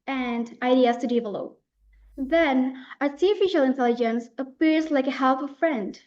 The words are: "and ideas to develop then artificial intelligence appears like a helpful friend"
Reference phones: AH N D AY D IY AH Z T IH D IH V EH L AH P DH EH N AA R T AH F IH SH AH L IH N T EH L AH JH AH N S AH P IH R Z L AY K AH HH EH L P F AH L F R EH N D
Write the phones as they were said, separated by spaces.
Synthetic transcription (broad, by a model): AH N D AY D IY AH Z T IH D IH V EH L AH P DH EH N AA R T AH F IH SH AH L IH N T EH L AH JH AH N S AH P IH R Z L AY K AH HH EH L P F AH F R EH N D